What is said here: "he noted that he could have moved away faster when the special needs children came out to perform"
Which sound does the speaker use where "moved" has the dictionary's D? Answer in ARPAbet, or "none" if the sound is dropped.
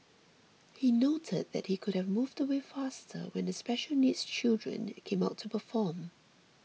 D